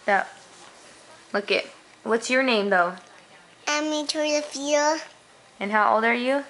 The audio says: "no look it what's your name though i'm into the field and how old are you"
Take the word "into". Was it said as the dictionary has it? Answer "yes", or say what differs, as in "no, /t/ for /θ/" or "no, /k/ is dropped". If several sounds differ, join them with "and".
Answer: no, /n/ is dropped